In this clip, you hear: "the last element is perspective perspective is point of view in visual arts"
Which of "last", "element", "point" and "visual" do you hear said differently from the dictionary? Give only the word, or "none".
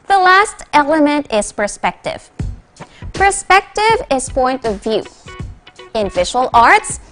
visual